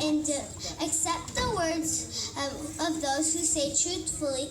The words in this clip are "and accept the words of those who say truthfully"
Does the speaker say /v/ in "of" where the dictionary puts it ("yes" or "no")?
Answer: yes